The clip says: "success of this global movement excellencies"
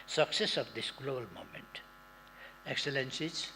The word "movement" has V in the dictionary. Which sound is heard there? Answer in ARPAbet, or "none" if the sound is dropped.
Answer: none